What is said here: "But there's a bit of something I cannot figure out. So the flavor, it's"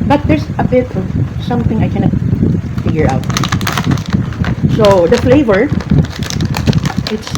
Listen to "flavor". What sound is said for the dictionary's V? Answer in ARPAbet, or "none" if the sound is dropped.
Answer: V